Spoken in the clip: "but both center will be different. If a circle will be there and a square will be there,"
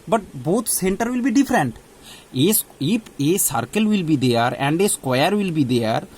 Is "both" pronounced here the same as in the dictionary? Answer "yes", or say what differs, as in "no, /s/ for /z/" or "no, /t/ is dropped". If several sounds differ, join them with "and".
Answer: no, /t/ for /θ/